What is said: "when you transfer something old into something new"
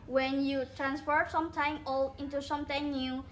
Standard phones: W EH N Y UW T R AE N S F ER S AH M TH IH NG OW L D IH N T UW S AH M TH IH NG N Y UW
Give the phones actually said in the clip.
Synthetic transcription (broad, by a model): W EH N Y UW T R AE N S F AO S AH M T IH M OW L IH N T UW S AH M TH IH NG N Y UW